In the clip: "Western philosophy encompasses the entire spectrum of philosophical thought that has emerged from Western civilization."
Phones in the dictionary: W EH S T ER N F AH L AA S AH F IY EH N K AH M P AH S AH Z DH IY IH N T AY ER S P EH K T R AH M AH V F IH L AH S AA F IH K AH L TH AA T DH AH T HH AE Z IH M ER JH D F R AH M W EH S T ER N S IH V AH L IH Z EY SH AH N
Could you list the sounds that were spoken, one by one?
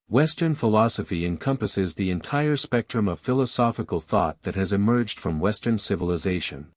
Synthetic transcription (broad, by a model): W EH S T ER N F AH L AA S AH F IY EH N K AH M P AH S AH Z DH IY IH N T AY ER S P EH K T R AH M AH V F IH L AH S AA F IH K AH L TH AA T DH AH T HH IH Z IH M ER JH D F R AH M W EH S T ER N S IH V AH L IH Z EY SH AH N